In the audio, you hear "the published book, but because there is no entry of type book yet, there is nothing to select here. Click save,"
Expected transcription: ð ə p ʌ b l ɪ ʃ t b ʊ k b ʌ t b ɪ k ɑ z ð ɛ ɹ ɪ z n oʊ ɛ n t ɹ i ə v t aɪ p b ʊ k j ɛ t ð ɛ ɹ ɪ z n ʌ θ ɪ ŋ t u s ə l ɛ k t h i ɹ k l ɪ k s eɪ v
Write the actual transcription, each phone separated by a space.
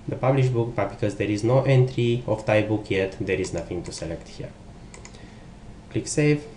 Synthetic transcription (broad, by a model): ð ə p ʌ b l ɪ ʃ b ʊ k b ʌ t b ɪ k ɑ z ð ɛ ɹ ɪ z n oʊ ɛ n t ɹ i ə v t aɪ b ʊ k j ɛ t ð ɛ ɹ ɪ z n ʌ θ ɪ ŋ t u s ə l ɛ k t h i ɹ k l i k s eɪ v